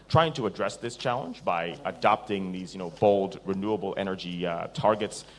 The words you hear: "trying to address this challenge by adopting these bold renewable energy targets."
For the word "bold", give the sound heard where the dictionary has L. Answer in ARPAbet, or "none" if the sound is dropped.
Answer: L